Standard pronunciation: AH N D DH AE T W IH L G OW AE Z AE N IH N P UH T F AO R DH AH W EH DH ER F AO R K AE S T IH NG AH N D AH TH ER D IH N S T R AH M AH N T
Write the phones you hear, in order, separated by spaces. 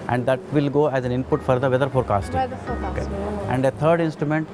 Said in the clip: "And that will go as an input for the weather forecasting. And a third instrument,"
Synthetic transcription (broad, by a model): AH N D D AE T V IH L G OW AE Z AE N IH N P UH T F AO R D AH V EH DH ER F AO R K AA S T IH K AH N D AH T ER D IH N S T R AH M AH N T